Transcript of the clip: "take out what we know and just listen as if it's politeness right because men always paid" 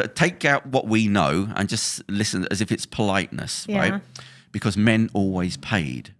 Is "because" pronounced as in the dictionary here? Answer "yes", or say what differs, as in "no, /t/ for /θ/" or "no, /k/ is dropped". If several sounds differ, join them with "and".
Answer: yes